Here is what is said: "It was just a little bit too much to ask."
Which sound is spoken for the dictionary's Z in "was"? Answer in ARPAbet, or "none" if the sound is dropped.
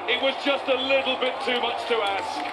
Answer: Z